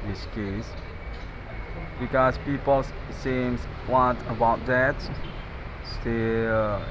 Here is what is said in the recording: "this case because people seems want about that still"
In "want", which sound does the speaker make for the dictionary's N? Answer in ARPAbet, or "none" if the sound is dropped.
none